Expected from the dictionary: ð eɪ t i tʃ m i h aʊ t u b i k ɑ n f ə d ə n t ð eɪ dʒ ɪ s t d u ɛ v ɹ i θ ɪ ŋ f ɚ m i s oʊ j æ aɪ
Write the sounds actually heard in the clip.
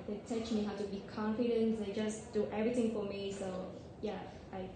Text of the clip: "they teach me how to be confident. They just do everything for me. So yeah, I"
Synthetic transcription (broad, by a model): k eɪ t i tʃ m i h aʊ t u b i k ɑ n f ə d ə n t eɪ dʒ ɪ s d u ɛ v ɹ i t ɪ ŋ f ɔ m i s oʊ j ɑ aɪ